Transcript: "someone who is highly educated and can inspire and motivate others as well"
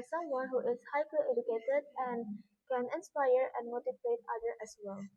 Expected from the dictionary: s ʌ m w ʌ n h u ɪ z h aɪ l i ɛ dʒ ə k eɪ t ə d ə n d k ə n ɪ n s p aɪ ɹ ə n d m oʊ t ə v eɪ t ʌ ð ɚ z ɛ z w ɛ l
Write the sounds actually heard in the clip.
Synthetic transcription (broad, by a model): s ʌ m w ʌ n h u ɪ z h aɪ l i ɛ dʒ ə k eɪ t ə d ə n d k ə n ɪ n s p aɪ ɹ ə n d m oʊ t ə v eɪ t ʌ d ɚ ɛ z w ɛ l